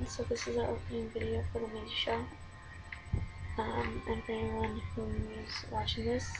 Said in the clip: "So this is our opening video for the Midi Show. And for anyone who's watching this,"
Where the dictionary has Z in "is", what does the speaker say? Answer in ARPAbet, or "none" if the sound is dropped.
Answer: Z